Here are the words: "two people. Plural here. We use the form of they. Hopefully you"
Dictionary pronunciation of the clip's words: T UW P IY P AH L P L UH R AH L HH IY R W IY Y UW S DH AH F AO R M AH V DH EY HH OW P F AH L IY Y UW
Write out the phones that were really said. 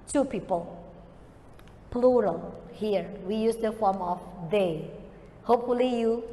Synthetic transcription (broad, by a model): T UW P IY P AH L P L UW R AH L HH IY R W IY Y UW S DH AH F AO R M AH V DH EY HH OW P F AH L IY Y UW